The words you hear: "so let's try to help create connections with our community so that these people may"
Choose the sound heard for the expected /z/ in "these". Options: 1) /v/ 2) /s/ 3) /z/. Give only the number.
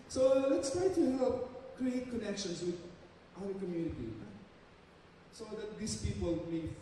2